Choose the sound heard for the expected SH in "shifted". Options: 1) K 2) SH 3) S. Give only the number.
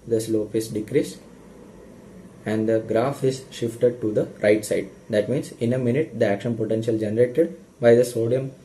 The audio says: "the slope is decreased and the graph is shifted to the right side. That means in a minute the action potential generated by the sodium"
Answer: 2